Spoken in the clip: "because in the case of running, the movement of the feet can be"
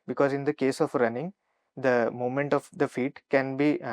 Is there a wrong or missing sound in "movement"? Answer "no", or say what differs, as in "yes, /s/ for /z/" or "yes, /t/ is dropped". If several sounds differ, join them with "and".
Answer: yes, /v/ is dropped